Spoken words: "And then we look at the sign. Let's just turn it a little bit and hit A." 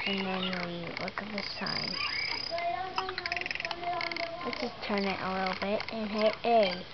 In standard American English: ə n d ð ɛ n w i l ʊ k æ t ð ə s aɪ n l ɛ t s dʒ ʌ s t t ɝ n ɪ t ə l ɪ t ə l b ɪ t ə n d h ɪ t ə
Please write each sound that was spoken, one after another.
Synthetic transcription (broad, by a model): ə n ð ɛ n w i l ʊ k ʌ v ð ə s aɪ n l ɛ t dʒ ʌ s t t ɝ n ɪ t ə l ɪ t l b ɪ t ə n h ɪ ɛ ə